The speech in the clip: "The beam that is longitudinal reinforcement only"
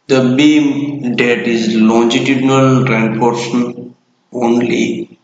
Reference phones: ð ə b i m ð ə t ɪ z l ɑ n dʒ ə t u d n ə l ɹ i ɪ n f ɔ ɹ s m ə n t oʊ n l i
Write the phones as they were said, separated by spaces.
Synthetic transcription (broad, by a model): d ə b i m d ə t ɪ z l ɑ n dʒ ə t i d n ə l ɹ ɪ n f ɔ ɹ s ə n oʊ n l i